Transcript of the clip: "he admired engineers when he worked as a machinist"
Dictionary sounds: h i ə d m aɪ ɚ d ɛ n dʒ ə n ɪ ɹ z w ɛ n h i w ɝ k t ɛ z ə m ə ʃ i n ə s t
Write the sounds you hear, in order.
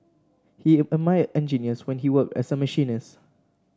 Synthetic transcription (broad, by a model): h i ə m aɪ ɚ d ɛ n dʒ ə n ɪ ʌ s w ɛ n h i w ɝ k t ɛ s ə m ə ʃ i n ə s